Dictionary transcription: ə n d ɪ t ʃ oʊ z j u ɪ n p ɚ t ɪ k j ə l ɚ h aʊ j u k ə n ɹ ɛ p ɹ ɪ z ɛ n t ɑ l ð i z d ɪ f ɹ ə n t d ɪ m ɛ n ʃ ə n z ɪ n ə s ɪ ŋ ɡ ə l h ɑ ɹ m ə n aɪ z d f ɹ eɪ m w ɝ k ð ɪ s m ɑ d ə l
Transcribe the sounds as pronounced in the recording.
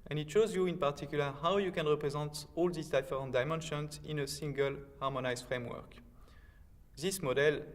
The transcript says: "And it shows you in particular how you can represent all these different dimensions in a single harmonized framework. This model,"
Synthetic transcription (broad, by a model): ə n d ɪ t ʃ oʊ z j u ɪ n p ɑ t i k j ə l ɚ h aʊ j u k ə n ɹ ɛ p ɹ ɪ z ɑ n t ɑ l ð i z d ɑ f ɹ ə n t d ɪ m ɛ n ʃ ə n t ɪ n ə s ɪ ŋ ɡ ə l h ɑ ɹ m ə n aɪ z f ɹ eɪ m w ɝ k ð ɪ s m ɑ d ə l